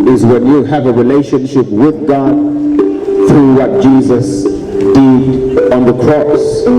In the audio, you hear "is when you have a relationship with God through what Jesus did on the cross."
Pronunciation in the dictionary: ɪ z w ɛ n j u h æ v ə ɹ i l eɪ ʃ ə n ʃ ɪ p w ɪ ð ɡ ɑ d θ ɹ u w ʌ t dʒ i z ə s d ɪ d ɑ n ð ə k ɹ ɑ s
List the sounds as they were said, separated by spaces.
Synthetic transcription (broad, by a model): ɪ z w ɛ n j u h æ v ə ɹ i l eɪ ʃ ə n ʃ ɪ p w ɪ ð ɡ ɑ d θ ɹ u w ʌ t dʒ i z ə s d ɪ d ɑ n ð ə k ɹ ɑ s